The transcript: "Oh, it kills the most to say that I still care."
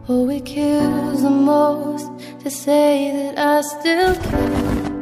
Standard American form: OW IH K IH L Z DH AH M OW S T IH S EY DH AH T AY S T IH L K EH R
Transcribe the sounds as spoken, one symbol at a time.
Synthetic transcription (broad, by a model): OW IH K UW Z DH AH M OW S T IH S EY DH AH T AY S T IH L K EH